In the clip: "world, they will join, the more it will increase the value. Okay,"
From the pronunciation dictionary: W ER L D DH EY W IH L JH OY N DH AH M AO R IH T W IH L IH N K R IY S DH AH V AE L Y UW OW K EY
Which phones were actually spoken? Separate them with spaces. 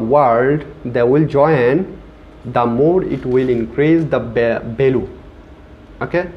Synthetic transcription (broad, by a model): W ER L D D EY W IH L JH OY N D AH M AO R IH T W IH L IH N K R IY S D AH B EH L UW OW K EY